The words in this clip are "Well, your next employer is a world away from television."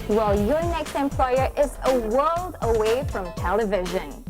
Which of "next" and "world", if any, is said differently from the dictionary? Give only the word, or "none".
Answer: none